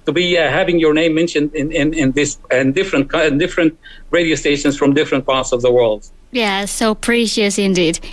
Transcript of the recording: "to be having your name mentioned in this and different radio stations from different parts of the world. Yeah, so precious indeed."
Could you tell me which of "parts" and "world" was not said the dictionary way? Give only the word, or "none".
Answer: none